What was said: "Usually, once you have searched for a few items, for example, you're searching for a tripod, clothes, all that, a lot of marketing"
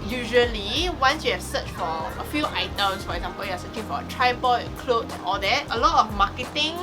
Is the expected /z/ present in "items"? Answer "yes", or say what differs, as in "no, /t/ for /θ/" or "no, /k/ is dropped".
no, /s/ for /z/